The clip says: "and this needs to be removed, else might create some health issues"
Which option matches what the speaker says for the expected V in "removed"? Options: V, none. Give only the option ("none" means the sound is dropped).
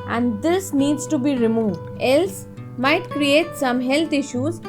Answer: V